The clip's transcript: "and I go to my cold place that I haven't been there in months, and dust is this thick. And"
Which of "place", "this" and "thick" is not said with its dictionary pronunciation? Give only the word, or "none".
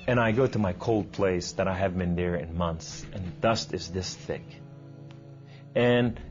none